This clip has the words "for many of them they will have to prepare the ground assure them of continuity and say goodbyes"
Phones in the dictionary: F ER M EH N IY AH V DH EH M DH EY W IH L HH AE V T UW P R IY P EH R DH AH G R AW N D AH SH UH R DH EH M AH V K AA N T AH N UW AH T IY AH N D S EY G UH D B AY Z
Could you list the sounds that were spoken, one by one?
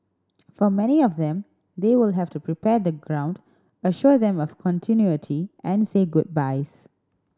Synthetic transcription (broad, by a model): F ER M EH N IY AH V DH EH M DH EY W IH L HH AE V T UW P R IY P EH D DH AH G R AW N D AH SH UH R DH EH M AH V K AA N T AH N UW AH T IY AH N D S EY G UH D B AY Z